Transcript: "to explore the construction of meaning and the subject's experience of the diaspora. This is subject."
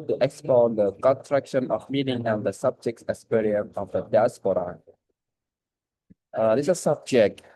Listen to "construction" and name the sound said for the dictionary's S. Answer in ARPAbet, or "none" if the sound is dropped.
none